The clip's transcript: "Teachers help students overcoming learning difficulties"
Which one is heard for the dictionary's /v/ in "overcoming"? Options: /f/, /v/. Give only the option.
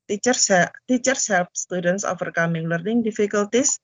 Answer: /f/